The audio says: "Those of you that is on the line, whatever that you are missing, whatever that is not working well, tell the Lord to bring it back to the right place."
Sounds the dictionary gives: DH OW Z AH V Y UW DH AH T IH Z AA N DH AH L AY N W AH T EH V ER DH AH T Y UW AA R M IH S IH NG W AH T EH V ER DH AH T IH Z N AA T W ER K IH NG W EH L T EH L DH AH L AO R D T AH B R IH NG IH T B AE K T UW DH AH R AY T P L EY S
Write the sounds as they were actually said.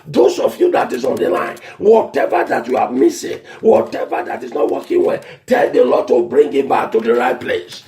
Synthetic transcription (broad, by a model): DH OW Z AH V Y UW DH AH T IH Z AA N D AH L AY N W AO T EH V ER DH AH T Y UW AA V M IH S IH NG W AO T EH V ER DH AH T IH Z N AA T W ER K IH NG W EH T EH L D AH L AO T AH B R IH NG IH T B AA K T UW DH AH R AY T P L EY S